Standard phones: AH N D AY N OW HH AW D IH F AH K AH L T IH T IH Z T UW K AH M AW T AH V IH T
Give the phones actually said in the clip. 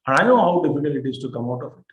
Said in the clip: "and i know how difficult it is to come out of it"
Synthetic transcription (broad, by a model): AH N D AY N OW HH AW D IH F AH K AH L IH T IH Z T UW K AH M AW T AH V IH T